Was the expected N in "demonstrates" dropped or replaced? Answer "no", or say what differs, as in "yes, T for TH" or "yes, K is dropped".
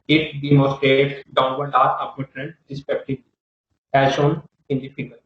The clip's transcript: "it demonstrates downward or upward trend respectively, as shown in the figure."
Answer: yes, N is dropped